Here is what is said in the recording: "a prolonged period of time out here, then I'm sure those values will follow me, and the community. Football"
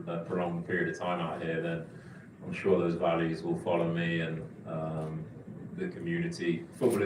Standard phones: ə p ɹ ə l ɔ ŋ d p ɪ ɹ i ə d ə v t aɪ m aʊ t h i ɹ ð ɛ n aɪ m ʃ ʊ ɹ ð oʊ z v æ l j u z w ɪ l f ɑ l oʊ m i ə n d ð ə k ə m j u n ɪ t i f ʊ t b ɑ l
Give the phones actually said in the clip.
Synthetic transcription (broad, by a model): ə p ə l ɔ ŋ p ɪ ɹ i ə d ə v t aɪ m aʊ t h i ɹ ð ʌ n aɪ m ʃ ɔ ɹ ð oʊ z v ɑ l j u z w ɪ l f ɑ l oʊ m i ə n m ð ə k ə m j u n ɪ t i f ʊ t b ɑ l